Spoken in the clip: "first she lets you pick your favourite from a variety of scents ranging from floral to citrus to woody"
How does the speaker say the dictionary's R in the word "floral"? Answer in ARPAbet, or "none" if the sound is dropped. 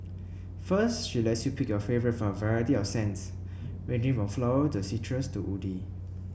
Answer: none